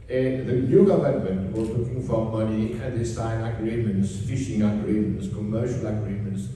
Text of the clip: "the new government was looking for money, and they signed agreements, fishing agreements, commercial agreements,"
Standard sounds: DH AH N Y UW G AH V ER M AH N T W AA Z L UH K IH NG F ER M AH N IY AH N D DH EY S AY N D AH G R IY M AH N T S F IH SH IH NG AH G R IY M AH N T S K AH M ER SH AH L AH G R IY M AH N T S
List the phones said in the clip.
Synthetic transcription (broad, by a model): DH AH N Y UW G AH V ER M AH N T W AA Z L UH K IH NG F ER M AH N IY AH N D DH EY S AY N AH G R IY M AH N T S F IH SH IH NG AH G R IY M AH N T S K AH M ER SH AH L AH G R IY M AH N T S